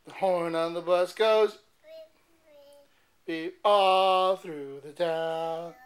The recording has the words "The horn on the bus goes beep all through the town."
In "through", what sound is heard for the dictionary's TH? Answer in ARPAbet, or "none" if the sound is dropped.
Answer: TH